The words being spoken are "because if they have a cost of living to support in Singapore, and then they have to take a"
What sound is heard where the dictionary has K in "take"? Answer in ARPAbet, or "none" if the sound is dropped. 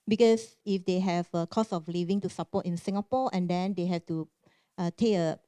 none